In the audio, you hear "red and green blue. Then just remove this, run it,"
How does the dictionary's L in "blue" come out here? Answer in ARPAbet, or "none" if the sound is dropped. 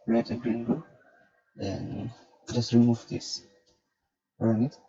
none